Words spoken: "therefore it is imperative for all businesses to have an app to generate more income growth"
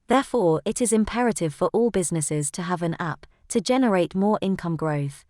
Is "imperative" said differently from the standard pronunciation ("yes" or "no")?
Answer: no